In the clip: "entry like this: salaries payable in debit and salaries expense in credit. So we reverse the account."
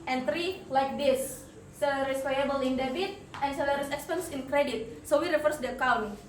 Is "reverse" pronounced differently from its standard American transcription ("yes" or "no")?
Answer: yes